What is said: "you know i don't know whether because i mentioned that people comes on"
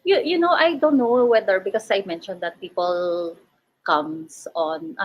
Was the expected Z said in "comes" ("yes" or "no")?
no